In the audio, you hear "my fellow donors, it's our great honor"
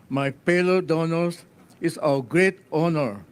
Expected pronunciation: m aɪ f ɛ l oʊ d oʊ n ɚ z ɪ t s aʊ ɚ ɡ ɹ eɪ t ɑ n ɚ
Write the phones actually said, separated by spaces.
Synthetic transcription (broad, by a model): m aɪ p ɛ l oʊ d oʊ n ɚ s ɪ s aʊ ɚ ɡ ɹ eɪ t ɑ n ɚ